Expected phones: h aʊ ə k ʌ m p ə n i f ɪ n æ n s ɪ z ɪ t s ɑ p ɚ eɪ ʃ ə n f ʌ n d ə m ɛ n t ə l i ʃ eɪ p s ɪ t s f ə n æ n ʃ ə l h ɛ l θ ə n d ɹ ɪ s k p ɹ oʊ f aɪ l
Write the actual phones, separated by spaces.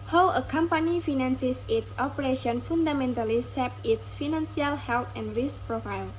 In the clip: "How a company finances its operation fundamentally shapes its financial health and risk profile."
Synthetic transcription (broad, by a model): h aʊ ə k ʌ m p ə n i f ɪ n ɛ n s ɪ s ɪ t s ɑ p ɚ eɪ ʃ ə n f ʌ n d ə m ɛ n t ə l i s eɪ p ɪ t s f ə n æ n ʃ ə l h ɛ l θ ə n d ɹ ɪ s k p ɹ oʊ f aɪ l